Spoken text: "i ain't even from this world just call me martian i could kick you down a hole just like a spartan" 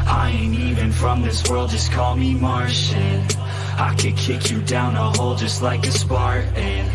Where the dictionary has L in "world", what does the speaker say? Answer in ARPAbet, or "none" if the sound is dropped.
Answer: L